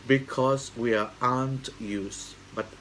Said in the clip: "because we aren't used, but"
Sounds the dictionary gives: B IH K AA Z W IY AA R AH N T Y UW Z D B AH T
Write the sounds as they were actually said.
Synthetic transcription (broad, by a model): B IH K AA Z W IY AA AH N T Y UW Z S B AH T